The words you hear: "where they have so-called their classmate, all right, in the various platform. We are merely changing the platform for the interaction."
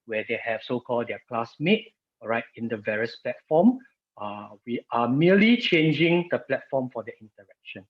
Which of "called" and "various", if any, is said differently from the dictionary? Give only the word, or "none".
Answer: none